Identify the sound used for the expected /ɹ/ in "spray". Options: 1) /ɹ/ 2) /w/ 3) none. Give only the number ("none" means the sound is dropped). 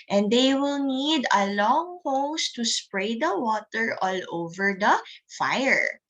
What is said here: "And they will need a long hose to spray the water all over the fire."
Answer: 1